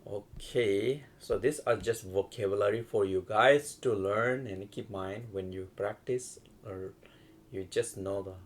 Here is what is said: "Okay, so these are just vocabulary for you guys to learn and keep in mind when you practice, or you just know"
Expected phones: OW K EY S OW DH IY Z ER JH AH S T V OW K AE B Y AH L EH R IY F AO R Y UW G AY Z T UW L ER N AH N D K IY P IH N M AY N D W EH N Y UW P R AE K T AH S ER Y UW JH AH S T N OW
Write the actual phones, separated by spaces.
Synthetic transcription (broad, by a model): OW K EY S OW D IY S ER JH AH S T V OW K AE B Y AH L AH R IY F AO R Y UW G AY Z T UW L ER N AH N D K IY P M AY N D W EH N Y UW P R AE K T AH S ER Y UW JH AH S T N OW